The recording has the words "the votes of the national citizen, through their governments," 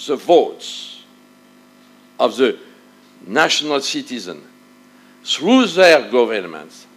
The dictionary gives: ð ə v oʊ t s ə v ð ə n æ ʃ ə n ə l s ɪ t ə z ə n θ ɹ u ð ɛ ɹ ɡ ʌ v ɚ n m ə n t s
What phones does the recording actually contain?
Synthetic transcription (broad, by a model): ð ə v oʊ t s ə v ð ə n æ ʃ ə n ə l s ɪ t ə z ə n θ ɹ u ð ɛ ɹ ɡ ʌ v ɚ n m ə n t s